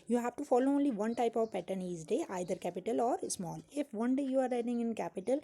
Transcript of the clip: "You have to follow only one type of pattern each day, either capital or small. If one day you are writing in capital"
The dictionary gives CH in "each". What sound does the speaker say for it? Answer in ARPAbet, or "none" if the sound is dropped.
S